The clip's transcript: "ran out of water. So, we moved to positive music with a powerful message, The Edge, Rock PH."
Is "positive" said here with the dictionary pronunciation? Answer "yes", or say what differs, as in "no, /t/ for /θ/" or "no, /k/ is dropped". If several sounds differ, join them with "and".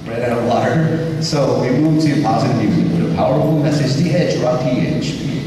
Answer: yes